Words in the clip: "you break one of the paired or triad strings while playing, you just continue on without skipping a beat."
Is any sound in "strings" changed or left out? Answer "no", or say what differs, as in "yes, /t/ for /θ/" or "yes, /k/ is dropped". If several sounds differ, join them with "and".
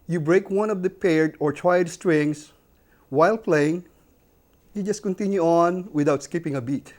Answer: yes, /s/ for /z/